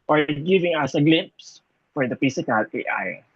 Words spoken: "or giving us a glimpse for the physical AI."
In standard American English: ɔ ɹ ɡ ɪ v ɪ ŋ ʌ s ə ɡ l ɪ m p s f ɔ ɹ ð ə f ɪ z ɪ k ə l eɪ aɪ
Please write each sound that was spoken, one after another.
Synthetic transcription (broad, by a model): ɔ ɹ ɡ ɪ v ɪ ŋ ʌ s ə ɡ l ɪ m p s f ɔ ɹ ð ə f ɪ s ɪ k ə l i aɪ